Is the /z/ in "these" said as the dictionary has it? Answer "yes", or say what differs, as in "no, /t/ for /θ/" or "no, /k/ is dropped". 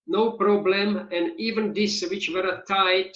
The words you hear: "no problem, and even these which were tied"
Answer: no, /s/ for /z/